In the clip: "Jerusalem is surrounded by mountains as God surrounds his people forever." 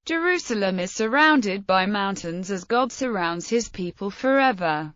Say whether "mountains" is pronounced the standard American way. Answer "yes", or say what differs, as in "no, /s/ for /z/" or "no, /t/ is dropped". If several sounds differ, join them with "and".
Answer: yes